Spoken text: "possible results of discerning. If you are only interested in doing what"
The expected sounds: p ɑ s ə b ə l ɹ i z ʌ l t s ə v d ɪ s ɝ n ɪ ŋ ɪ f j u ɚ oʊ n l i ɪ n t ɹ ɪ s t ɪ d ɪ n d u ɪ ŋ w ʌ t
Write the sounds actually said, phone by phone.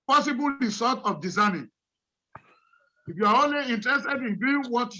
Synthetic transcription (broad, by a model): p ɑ s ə b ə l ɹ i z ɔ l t ə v d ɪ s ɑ n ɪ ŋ ɪ f j u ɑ oʊ n l i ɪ n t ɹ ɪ s t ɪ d ɪ n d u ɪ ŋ w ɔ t